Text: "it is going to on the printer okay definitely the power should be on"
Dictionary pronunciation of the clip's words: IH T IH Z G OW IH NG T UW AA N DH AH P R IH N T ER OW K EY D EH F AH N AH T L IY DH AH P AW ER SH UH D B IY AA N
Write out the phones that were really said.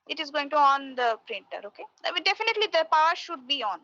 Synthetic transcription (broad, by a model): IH T IH Z G OW IH NG T UW AA N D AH P R IH N T ER OW K EY D EH F AH N AH T L IY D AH P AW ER SH UH D B IY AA N